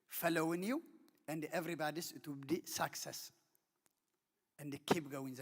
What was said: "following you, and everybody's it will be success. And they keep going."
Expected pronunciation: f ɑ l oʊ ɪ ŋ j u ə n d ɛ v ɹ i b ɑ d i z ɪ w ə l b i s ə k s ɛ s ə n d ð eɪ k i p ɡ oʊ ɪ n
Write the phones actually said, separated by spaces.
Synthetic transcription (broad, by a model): f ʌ l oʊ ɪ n j u ə n d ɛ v ɹ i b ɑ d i s ɪ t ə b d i s ə k s ɛ s ə n d k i b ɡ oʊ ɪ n